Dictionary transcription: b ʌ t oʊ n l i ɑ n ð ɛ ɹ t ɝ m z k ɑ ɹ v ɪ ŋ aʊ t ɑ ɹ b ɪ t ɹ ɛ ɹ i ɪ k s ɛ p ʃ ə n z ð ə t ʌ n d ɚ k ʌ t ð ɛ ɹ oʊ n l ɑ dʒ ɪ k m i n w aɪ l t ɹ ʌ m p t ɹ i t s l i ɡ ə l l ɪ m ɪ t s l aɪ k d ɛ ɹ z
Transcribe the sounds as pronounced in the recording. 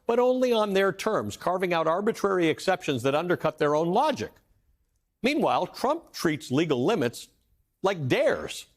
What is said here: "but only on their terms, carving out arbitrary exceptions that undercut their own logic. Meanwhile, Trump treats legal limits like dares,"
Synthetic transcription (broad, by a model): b ʌ t oʊ n l i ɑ n ð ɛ ɹ t ɝ m z k ɑ ɹ v ɪ ŋ aʊ t ɑ ɹ b ɪ t ɹ ɛ ɹ i ɪ k s ɛ p ʃ ə n z ð ə t ʌ n d ɚ k ʌ t ð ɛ ɹ oʊ n l ɑ dʒ ɪ k m i n w aɪ l t ɹ ʌ m p t ɹ i t s l i ɡ l l ɪ m ɪ t s l aɪ k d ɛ ɹ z